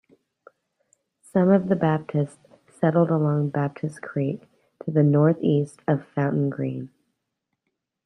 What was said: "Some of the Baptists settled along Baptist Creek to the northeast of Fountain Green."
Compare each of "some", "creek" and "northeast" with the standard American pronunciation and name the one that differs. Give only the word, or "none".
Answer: none